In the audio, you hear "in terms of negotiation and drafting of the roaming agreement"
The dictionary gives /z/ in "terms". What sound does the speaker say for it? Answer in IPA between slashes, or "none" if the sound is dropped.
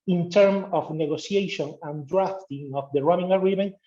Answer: none